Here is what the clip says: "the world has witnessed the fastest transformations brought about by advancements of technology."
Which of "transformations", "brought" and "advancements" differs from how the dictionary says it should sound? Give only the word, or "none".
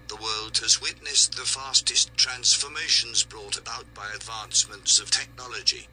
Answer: none